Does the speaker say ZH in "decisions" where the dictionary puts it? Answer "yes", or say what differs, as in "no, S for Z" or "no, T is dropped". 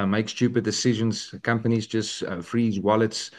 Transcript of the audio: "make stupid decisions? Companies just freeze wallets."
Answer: yes